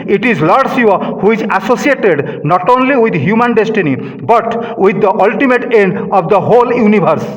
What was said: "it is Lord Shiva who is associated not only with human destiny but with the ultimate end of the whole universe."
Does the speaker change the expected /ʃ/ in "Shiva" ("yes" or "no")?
yes